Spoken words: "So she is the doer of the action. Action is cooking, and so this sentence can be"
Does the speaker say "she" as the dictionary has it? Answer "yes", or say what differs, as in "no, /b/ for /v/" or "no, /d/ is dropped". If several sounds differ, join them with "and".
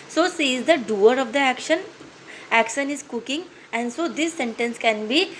no, /s/ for /ʃ/